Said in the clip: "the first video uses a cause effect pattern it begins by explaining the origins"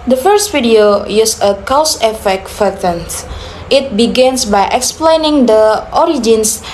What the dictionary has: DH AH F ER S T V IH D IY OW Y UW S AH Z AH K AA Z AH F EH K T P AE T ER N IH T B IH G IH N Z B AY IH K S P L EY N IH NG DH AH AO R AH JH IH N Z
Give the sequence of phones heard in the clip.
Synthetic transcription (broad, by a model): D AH F ER S T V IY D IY OW Y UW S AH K AH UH S AH F EH K T F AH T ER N IH T B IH G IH N S B AY IH K S P L EY N IH NG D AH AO R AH JH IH N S